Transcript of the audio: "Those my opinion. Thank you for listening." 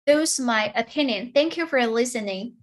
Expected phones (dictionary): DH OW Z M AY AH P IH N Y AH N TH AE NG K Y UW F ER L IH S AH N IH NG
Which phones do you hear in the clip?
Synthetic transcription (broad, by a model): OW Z M AY AH P IH N Y AH N TH AE NG K Y UW F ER L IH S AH N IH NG